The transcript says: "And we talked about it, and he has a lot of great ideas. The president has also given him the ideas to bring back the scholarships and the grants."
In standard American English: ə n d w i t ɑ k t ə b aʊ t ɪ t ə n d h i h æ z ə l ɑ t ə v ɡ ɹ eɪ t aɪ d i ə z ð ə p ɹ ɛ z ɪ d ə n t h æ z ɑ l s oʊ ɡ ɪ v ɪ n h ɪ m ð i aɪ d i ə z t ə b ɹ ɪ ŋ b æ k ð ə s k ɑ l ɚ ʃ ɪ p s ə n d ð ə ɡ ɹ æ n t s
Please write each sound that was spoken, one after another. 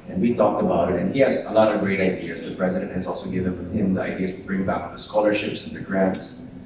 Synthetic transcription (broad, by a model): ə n w i t ɑ k t ə b aʊ t ɪ t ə n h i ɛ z ə l ɑ t ə v ɡ ɹ eɪ t aɪ d i ə z ð ə p ɹ ɛ z ɪ d ə n t h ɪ z ɑ l s oʊ ɡ ɪ v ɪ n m ɪ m ð i aɪ d i ə z t ə b ɹ ɪ ŋ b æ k ð ə s k ɑ l ɚ ʃ ɪ p s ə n ð ə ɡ ɹ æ n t s